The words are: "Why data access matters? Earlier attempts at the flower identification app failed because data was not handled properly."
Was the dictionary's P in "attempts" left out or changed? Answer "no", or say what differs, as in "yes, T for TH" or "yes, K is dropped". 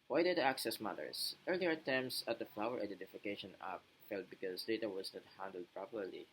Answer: yes, P is dropped